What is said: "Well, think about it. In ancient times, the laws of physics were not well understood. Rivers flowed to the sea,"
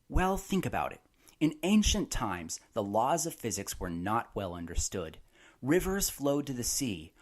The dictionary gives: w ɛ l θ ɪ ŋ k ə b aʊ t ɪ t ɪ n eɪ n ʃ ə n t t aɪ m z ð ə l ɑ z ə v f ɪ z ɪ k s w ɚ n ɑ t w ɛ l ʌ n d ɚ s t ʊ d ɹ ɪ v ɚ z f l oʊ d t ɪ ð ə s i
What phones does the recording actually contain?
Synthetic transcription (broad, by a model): w ɛ l θ ɪ ŋ k ə b aʊ t ɪ t ɪ n eɪ n ʃ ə n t t aɪ m z ð ə l ɑ z ə v f ɪ z ɪ k s w ɚ n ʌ t w ɛ l ʌ n d ɚ s t ʊ d ɹ ɪ v ɚ z f l oʊ d t ɪ ð ə s i